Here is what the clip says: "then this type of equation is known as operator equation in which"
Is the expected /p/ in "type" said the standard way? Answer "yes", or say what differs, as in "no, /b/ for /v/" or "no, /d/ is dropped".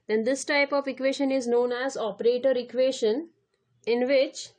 yes